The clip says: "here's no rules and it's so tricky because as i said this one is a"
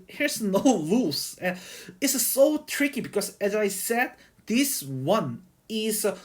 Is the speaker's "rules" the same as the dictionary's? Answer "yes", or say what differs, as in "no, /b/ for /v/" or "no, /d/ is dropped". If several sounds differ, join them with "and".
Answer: no, /l/ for /ɹ/